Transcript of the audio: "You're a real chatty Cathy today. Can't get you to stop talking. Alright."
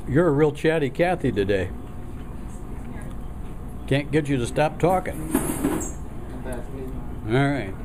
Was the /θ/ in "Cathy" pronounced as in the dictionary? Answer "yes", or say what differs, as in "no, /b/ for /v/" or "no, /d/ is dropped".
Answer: yes